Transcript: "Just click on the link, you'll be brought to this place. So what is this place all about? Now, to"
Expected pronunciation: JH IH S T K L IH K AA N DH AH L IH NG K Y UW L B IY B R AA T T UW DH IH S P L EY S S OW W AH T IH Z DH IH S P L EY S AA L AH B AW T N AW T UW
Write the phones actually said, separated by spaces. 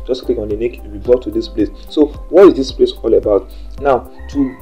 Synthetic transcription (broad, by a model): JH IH S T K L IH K AA N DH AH N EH K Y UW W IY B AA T T UW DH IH S P L EY S S OW W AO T IH Z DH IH S P L EY S AA L AH B AW T N AW T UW